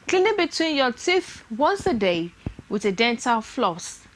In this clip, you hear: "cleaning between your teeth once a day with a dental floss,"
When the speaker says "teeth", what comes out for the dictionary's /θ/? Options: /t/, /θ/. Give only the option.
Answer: /θ/